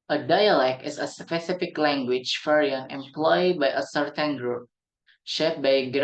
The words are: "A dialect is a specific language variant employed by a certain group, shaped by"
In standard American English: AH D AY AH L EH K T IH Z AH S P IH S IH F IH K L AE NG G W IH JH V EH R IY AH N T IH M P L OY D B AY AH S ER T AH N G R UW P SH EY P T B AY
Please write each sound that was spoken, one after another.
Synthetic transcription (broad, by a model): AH D AY AH L EH K T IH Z AH S P IH S IH F IH K L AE NG G W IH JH F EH R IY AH N IH M P L OY D B AY AH S ER T AH N G R UW P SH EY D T B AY